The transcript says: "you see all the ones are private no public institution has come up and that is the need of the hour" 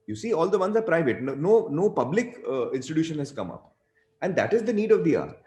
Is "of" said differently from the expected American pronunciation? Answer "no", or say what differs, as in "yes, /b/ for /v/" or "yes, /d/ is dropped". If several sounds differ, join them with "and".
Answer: no